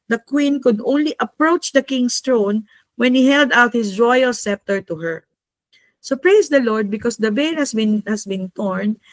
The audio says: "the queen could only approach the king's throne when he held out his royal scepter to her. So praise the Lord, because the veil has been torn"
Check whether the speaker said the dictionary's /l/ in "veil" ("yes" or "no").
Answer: no